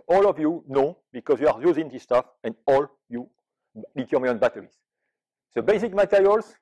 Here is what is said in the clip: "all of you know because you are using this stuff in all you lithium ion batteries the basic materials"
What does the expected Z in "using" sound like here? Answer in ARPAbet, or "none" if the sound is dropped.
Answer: Z